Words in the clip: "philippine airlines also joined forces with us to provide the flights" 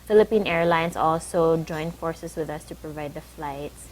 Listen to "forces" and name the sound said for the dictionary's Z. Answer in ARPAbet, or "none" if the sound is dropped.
S